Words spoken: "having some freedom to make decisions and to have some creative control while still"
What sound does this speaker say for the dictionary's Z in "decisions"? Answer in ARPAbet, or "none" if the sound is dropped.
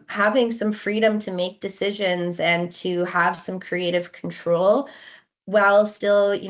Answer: Z